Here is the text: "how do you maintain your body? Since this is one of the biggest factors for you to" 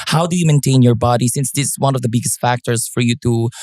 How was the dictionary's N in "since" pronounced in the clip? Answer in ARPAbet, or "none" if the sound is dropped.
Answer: N